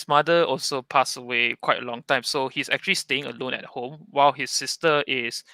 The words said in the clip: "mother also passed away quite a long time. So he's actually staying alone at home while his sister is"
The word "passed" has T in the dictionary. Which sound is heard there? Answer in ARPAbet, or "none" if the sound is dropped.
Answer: none